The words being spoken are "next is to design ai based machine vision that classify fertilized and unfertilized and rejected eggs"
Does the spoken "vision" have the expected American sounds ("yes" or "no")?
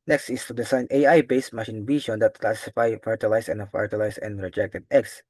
no